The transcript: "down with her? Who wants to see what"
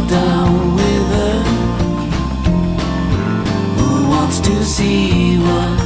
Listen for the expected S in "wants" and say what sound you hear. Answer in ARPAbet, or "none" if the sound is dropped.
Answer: S